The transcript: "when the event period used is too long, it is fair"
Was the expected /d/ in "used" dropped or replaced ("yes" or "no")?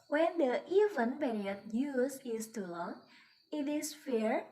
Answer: yes